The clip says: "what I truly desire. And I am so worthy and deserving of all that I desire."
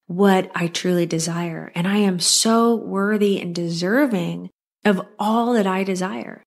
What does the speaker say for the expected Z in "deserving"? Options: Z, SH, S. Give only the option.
Z